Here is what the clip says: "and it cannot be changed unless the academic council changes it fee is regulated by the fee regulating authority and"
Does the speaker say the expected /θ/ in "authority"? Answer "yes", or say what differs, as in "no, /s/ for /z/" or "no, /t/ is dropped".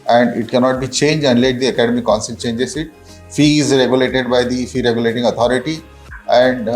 no, /t/ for /θ/